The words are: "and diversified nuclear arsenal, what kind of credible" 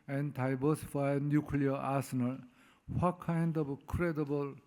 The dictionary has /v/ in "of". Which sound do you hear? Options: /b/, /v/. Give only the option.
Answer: /b/